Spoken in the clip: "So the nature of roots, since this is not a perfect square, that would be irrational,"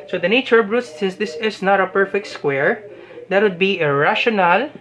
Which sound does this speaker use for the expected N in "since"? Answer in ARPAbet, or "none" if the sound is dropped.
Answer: none